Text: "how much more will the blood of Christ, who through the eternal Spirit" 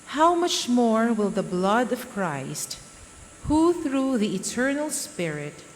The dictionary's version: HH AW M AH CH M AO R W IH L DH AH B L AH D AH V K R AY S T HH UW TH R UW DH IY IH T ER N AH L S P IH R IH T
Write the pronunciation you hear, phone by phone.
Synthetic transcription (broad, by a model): HH AW M AH CH M AO R W IH L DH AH B L AH D AH V K R AY S T HH UW TH R UW DH IY IH T ER N AH L S P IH R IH T